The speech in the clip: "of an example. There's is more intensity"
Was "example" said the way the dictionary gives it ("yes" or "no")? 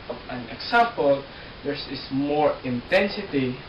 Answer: no